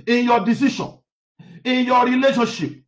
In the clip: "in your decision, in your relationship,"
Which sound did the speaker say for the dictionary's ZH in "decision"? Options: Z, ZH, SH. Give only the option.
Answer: SH